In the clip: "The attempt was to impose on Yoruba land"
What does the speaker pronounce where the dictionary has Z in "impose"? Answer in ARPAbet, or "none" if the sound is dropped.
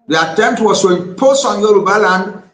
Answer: S